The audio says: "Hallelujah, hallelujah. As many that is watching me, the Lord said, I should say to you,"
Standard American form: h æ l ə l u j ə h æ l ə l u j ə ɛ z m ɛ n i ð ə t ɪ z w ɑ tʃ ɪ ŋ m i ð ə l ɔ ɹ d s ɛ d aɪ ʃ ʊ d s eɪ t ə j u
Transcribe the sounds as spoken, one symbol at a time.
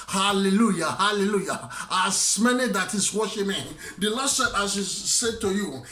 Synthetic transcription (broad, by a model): h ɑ l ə l u j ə h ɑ l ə l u j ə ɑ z m ɛ n i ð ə t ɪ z w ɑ ʃ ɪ m i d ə l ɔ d s ɛ d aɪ s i s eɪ t ə j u